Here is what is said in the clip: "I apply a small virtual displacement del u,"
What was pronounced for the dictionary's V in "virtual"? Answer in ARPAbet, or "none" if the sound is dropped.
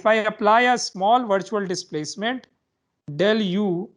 V